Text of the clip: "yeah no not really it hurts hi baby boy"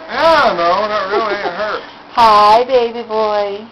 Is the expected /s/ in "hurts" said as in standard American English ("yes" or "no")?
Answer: no